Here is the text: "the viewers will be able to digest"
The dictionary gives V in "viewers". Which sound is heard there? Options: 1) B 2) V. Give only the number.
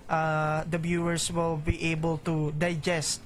1